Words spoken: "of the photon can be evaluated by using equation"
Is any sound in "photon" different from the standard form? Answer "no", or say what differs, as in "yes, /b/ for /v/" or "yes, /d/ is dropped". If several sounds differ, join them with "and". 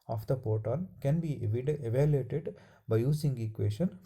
yes, /p/ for /f/